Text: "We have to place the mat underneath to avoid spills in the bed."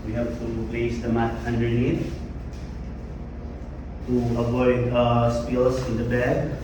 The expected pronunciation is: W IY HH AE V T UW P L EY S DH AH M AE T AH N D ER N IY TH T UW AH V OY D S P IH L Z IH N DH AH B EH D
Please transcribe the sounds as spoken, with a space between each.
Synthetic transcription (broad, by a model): W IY HH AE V T UW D EY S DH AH M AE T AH N D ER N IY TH T UW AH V OY D S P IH L S IH N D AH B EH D